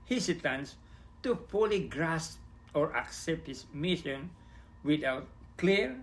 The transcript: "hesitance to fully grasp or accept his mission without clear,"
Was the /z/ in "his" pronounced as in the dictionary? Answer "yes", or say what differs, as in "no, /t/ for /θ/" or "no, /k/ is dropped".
no, /s/ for /z/